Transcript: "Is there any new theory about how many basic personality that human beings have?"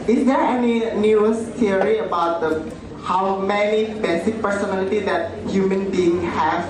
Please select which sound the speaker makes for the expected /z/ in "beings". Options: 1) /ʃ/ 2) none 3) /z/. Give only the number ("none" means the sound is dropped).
2